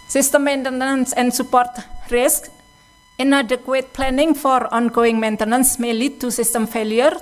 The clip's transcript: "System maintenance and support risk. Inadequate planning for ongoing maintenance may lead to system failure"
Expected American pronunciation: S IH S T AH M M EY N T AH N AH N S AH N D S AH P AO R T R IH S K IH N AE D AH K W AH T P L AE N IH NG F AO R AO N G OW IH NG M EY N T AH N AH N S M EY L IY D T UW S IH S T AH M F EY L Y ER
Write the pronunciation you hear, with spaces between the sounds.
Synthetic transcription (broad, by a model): S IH S T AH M M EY N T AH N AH N S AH N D S AH P AO R T R IH S K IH N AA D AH K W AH T P L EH N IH NG F AO R AO N G OW IH NG M EY N T AH N AH N S M EY L IY D T UW S IH S T AH M F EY L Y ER